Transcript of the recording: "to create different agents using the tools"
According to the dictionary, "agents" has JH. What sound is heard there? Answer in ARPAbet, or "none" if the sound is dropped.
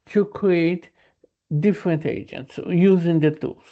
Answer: JH